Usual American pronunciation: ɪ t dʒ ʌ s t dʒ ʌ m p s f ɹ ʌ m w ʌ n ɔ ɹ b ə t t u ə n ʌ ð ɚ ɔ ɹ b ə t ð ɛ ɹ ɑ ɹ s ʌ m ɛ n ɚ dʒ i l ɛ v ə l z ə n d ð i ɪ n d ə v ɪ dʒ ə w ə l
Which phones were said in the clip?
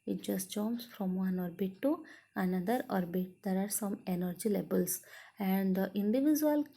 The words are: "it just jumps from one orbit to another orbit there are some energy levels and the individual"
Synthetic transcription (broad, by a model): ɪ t dʒ ʌ s t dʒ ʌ m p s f ɹ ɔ m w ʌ n ɔ ɹ b ə t t u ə n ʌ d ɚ ɔ ɹ b ə t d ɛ ɹ ɑ ɹ s ʌ m ɛ n ɚ dʒ i l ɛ b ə l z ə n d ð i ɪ n d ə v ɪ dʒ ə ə l